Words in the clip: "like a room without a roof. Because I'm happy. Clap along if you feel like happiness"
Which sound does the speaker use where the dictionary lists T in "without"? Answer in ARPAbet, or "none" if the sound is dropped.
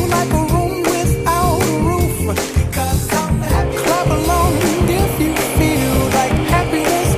none